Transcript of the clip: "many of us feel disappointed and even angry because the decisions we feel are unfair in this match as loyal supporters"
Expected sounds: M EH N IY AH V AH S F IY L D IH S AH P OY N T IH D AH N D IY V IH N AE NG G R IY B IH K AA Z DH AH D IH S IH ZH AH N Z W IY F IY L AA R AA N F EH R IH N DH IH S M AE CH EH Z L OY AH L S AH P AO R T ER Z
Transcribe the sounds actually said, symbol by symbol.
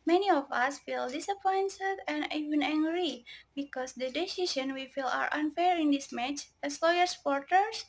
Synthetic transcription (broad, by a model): M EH N IY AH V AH S F IY L D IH S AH P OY N S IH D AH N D IY V IH N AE NG G R IY B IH K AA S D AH D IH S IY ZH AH N W IY F IY L AA R AA N F EH R IH N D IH S M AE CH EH S L OY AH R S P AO R T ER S